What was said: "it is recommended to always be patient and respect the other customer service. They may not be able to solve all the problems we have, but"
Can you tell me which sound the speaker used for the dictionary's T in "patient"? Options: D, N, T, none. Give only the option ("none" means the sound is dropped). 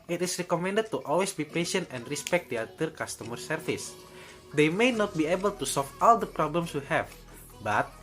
T